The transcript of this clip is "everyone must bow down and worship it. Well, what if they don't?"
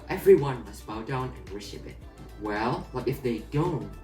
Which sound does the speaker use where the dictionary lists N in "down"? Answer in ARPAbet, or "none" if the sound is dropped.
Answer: N